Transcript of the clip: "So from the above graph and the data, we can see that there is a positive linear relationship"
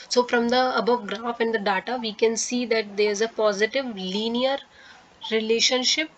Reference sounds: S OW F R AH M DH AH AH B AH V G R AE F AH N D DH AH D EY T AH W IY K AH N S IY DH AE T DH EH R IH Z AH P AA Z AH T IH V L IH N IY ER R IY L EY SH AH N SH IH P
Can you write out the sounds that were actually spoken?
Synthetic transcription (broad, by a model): S OW F R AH M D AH AH B AH V G R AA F AH N D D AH D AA T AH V IY K AH N S IY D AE T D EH R IH Z AH P AA Z AH T IH V L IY N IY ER R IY L EY SH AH N SH IH P